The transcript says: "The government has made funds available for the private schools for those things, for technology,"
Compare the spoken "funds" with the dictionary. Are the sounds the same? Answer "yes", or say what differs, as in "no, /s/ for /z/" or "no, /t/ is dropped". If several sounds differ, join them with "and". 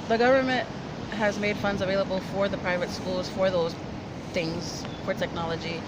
yes